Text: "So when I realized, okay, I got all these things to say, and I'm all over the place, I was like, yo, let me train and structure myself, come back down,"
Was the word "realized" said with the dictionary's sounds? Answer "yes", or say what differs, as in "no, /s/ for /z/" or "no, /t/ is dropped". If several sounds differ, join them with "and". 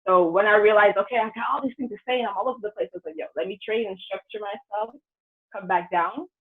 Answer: no, /d/ is dropped